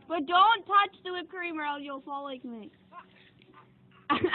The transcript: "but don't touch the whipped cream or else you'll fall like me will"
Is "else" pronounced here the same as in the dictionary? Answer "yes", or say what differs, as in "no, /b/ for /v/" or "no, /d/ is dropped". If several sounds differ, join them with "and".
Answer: no, /s/ is dropped